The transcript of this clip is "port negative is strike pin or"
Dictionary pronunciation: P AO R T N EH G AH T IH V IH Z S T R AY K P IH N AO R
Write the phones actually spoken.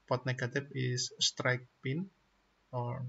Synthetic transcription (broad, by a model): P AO T N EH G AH T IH F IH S S T R AY K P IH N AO R